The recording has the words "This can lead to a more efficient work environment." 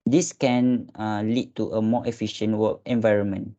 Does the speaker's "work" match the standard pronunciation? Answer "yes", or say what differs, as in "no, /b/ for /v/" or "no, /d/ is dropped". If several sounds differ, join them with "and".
no, /k/ is dropped